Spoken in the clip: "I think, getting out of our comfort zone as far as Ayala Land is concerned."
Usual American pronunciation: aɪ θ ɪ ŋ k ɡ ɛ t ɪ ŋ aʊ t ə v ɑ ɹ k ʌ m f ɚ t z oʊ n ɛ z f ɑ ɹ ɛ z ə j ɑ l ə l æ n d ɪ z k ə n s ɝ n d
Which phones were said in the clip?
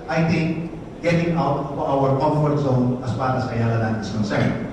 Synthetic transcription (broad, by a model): aɪ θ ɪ ŋ k ɡ ɛ t ɪ ŋ aʊ t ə w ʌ ɹ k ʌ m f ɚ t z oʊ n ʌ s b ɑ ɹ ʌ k ə j ɑ l ə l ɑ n ɪ s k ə n s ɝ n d